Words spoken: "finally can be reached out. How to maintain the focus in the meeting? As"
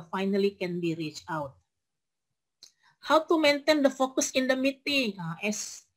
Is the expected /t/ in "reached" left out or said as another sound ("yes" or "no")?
yes